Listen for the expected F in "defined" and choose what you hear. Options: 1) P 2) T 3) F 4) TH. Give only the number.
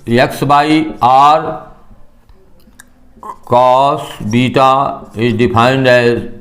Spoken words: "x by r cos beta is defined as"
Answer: 1